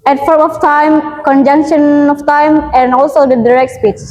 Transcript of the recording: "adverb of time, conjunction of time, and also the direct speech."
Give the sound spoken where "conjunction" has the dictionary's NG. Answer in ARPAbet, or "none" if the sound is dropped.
NG